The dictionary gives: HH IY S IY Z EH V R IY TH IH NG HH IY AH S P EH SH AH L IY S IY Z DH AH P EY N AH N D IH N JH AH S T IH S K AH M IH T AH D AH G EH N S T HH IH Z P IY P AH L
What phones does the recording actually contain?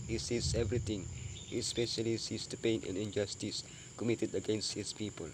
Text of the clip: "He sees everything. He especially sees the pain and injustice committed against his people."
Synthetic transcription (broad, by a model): HH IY S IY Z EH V R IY T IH NG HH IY AH S P EH SH AH L IY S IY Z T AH P EY N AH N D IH N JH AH S T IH S K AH M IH T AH D AH G EH N S T HH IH S P IY P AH L